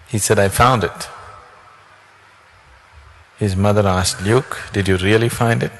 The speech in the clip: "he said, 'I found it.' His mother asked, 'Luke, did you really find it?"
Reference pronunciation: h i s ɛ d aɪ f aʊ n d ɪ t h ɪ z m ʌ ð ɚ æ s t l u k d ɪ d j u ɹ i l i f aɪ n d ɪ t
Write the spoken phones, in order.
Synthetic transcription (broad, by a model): h i s ɛ d aɪ f aʊ n d ɪ t h ɪ z m ʌ ð ɚ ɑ s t l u k d ɪ d j u ɹ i l i f aɪ n d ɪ t